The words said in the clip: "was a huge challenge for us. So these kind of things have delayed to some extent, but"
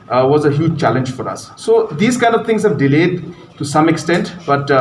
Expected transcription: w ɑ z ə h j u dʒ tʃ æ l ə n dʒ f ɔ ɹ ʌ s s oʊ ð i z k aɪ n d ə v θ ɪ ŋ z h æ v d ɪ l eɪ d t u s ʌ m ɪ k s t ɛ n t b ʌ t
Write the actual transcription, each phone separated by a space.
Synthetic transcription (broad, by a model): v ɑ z ə h j u dʒ tʃ æ l ə n dʒ f ɔ ɹ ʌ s s oʊ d i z k aɪ n d ə v t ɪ ŋ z h æ v d ɪ l eɪ d t u s ʌ m ɪ k s t ɛ n t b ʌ t